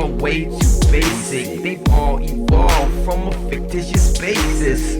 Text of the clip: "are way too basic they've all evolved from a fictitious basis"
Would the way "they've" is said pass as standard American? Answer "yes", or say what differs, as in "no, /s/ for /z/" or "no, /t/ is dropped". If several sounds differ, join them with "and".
no, /v/ is dropped